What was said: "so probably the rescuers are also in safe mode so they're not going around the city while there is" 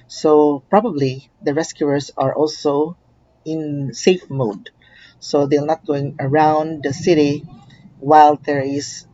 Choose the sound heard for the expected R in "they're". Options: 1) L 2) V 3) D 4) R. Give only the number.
1